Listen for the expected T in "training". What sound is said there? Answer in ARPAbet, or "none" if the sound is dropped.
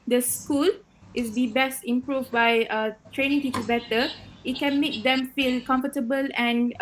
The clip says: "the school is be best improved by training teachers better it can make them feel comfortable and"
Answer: T